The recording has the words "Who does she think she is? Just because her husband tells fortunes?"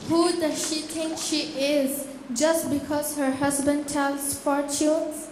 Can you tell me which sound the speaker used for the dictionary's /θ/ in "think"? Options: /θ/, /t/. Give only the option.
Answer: /t/